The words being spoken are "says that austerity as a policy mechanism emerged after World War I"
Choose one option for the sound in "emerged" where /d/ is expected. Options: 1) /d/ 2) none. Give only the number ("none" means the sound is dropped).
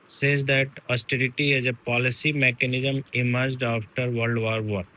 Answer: 1